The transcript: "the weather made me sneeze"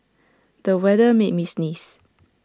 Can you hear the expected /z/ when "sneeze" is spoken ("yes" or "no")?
no